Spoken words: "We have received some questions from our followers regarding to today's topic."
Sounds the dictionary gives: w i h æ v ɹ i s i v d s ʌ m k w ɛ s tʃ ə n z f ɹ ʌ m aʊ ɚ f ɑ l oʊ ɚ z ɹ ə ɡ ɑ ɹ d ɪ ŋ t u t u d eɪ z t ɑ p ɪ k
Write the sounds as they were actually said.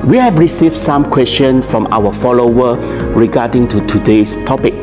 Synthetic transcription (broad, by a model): w i h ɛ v ɹ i s i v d s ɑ m k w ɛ s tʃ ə n f ɹ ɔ m aʊ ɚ f ɑ l oʊ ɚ ɹ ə ɡ ɑ d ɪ ŋ t u t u d eɪ s t ɑ p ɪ k